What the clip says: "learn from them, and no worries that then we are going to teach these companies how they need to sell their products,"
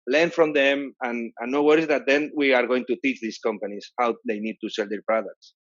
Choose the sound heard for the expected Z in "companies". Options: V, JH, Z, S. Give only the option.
S